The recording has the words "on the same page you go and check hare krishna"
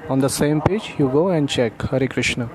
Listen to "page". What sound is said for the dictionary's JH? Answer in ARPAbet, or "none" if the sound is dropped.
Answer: JH